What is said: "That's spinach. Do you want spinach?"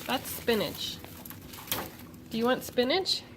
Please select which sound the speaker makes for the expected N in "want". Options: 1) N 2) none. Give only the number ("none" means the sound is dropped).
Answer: 1